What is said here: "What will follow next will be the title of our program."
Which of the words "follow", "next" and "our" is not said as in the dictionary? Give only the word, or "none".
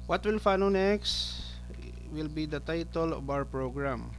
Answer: follow